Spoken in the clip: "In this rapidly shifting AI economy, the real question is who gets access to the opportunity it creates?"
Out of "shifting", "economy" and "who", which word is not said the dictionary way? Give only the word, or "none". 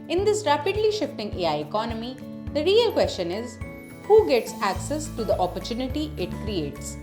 none